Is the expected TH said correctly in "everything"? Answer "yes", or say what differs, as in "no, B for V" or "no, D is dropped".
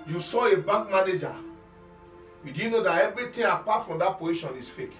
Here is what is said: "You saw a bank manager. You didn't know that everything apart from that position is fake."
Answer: no, T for TH